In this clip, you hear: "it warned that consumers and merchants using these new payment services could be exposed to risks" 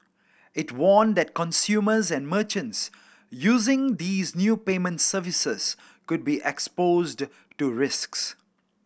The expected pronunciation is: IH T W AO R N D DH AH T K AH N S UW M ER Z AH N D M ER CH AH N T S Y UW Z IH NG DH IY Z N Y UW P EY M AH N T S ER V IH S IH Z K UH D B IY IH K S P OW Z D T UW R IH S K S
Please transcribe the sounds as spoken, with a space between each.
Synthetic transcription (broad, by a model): IH T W AO N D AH T K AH N S UW M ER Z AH N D M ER CH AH N T S Y UW Z IH NG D IY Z N Y UW P EY M AH N T S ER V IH S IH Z K UH D B IY IH K S P OW Z D T UW R IH S K S